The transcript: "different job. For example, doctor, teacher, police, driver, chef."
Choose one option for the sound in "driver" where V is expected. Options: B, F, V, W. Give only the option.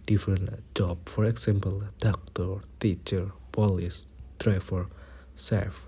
F